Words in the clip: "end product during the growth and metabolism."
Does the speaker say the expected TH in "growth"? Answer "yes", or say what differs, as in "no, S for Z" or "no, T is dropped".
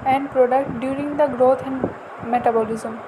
no, T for TH